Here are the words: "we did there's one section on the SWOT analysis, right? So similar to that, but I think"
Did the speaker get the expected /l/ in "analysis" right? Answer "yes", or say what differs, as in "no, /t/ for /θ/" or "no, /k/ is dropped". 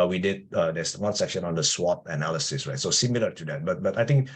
yes